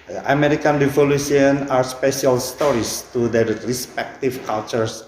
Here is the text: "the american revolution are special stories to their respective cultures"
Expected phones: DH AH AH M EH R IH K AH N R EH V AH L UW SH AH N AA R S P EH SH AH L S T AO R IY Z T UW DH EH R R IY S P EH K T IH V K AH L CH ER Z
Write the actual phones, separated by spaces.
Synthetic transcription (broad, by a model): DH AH AH M EH R IH K AH N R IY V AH L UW S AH N AA R S P EH SH AH L S T AO R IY S T UW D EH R R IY S P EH K T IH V K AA L CH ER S